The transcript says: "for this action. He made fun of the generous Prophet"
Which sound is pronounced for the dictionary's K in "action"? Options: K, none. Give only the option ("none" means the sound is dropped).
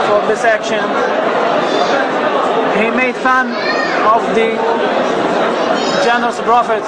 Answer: K